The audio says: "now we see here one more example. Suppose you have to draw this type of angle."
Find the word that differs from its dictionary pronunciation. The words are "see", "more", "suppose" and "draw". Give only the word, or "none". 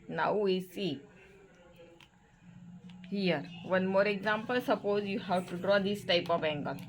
none